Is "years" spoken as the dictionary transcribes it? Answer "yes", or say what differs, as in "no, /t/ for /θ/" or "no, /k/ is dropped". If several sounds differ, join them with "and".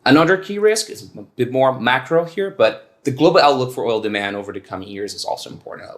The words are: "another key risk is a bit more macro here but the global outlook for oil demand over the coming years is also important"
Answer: yes